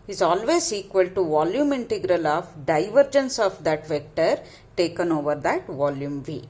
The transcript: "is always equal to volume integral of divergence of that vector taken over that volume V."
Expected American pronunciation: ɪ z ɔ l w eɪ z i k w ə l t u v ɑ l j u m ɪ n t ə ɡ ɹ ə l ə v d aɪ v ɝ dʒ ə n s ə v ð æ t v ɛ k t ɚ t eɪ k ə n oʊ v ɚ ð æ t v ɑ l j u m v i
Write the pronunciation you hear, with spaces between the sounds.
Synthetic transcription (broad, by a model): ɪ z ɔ l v eɪ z i k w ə l t u v ɑ l j u m ɪ n t ə ɡ ɹ ə l ə v d aɪ v ɝ dʒ ə n s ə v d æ t v ɛ k t ɚ t eɪ k ə n oʊ v ɚ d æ t v ɑ l j u m v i